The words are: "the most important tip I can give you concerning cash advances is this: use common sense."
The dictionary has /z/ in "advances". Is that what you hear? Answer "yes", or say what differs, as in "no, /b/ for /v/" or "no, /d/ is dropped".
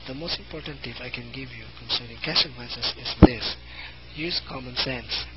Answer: no, /s/ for /z/